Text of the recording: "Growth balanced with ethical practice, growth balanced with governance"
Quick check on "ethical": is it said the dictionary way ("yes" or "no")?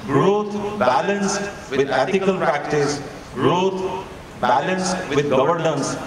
no